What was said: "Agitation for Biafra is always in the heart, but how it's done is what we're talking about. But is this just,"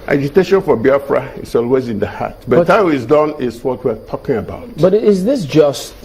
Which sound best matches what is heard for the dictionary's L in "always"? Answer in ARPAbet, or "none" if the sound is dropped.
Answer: L